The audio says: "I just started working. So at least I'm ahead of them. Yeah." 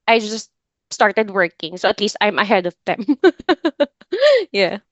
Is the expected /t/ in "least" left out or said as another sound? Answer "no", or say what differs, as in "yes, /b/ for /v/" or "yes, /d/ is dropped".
no